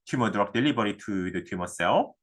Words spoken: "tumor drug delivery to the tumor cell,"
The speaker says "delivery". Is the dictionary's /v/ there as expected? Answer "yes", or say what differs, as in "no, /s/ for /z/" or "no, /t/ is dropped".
no, /b/ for /v/